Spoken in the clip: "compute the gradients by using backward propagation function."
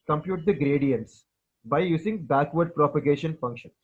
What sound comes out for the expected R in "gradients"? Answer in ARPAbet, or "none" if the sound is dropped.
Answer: R